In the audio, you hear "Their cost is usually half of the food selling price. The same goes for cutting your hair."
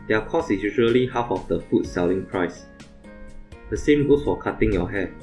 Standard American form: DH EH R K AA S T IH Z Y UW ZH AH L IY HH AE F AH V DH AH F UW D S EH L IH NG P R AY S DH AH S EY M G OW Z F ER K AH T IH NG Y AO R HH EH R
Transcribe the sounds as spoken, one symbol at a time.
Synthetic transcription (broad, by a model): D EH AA K AA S IH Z Y UW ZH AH L IY HH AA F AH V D AH F UW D S EH L IH NG P R AY S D AH S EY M G OW S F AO K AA T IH NG Y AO HH EH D